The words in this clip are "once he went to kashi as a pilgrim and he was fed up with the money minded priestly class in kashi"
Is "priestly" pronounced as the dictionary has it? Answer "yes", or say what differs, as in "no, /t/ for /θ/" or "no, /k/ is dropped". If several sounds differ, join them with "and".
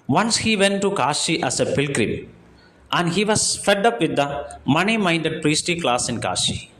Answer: no, /l/ is dropped